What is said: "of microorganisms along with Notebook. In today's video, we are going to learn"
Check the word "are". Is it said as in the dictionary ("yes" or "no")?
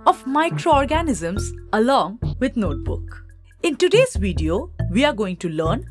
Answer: yes